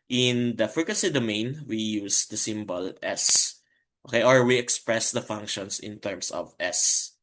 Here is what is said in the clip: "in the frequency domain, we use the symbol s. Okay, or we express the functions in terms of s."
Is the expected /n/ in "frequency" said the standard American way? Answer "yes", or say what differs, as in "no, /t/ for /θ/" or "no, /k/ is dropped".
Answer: no, /n/ is dropped